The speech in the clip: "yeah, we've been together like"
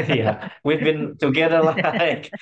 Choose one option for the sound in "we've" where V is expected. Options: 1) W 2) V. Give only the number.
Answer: 2